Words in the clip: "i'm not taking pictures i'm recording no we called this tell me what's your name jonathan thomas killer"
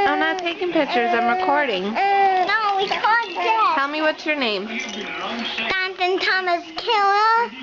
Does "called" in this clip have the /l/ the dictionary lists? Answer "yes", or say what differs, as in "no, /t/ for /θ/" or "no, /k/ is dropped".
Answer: no, /l/ is dropped